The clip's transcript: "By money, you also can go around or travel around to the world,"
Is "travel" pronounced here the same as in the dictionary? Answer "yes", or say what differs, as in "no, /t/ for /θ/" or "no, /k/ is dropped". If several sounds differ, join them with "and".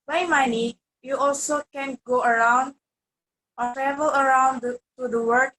yes